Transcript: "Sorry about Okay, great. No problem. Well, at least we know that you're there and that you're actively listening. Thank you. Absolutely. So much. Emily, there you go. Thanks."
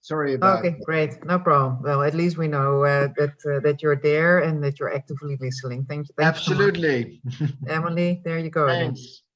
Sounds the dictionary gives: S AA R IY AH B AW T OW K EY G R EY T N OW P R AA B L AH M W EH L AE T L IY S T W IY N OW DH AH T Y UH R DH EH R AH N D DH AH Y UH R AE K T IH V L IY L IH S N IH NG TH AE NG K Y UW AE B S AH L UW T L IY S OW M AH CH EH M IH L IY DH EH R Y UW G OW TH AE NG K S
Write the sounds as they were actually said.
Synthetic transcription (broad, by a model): S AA R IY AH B OW K EY G R EY T N OW P R AA B L AH M W EH L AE T L IY S T W IY N OW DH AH T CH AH R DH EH R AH N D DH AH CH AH R AE K T IH V L IY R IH S L IH NG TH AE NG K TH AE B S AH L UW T L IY EH M IH L IY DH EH R Y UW G OW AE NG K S